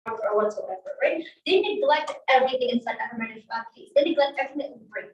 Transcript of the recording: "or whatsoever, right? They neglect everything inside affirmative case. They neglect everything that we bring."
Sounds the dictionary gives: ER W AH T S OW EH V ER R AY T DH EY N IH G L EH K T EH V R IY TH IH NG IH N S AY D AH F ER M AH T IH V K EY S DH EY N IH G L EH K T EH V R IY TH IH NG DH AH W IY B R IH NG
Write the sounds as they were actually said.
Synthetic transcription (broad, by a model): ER W AH T S OW EH V ER R AY T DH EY N IH G L EH K T EH V R IY TH IH NG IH N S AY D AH ER M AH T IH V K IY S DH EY N IH G L EH K T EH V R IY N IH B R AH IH